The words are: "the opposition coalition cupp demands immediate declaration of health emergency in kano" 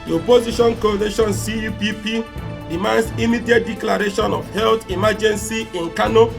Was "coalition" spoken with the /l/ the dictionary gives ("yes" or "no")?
no